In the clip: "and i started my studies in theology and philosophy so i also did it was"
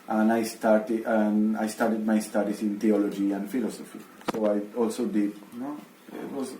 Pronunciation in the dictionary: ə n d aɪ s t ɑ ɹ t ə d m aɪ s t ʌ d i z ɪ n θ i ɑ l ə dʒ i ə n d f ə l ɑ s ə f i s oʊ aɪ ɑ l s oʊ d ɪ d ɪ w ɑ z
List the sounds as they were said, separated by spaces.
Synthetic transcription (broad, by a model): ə n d aɪ s t ɑ ɹ t ə d m aɪ s t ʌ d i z ɪ n t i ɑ l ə dʒ i ə n d f ə l ɑ s ə f i s oʊ aɪ ɑ l s oʊ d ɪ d ɪ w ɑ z